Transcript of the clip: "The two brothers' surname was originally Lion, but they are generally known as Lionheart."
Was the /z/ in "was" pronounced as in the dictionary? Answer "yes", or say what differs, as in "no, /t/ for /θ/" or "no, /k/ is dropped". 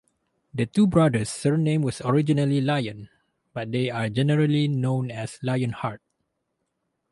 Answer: no, /s/ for /z/